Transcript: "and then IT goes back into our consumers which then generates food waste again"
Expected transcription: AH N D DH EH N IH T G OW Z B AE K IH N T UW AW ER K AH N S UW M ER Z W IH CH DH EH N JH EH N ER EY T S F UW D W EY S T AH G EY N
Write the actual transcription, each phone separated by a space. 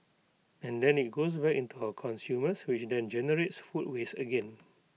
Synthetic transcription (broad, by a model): AH N D EH N IH T G OW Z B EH K IH N T UW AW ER K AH N S UW M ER S W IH CH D EH N JH EH N ER EY T S F UW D W EY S AH G EY N